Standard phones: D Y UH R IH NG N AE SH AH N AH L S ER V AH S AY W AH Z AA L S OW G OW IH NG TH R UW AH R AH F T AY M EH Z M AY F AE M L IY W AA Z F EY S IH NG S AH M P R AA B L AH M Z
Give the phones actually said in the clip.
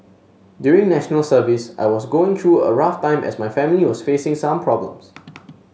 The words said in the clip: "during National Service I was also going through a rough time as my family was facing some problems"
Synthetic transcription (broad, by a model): D Y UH R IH NG N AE SH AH N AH L S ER V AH S AY W AA S G OW IH NG T R UW AH R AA F T AY M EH S M AY F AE M L IY W AA S F EY S IH NG S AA M P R AA B L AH M S